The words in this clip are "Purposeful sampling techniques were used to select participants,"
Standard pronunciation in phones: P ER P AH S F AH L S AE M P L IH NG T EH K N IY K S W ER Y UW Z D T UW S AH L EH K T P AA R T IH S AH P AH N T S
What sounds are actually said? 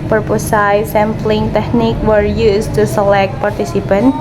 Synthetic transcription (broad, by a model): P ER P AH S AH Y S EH M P L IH NG T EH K N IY K W ER Y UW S T UW S AH L EH K T P AA R T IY S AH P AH N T